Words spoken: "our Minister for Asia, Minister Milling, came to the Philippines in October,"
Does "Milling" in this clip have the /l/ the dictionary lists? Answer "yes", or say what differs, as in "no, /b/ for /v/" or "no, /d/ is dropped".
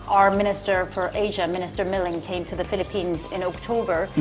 yes